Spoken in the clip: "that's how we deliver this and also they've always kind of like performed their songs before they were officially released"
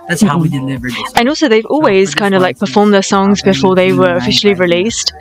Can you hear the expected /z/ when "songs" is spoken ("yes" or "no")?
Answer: yes